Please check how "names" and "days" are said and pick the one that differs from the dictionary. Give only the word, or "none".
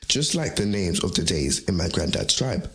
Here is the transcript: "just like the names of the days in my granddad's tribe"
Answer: none